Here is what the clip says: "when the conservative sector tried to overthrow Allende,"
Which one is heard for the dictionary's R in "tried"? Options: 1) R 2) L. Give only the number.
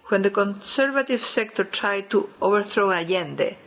1